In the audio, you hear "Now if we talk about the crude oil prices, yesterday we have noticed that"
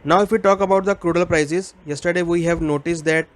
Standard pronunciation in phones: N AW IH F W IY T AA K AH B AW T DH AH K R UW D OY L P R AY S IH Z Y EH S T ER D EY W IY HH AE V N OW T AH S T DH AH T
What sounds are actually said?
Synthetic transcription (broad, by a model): N AW IH F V IY T AA K AH B AW T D AH K R UW D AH L P R AY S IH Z Y EH S T ER D EY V IY HH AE V N OW T AH S T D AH T